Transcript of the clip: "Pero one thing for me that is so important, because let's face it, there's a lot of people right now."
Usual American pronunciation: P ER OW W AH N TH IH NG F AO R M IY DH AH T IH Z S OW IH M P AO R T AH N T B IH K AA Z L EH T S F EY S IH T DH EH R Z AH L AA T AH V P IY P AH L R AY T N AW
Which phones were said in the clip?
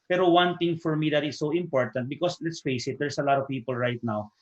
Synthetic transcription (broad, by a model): P ER OW W AH N T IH NG F AO R M IY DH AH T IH S OW IH M P AO R T AH N T B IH K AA S L EH T S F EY S IH T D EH R S AH L AA T AH V P IY P AH L R AY T N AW